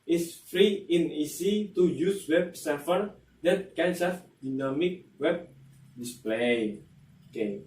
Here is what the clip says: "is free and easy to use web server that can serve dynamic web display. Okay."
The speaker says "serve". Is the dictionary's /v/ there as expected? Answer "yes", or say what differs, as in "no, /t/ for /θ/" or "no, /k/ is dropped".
no, /f/ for /v/